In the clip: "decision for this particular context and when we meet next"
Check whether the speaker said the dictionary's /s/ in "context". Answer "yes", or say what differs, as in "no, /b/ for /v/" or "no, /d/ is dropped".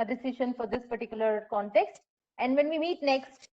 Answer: yes